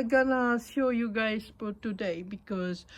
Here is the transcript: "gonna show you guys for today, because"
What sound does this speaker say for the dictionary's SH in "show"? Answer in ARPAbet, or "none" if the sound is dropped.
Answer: S